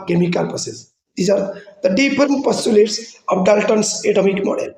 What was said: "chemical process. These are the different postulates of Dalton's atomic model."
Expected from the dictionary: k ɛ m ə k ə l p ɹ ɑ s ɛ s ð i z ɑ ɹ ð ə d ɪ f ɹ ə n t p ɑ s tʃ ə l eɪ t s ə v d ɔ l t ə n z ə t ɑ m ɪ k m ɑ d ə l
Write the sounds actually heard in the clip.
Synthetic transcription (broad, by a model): k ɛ m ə k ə l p ɑ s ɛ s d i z ɑ ɹ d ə d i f ɹ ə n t p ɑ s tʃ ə l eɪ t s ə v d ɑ l t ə n s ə t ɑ m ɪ k m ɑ d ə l